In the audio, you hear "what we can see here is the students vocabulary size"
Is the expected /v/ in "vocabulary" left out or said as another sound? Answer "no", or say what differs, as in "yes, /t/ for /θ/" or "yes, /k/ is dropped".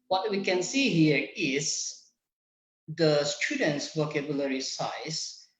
yes, /w/ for /v/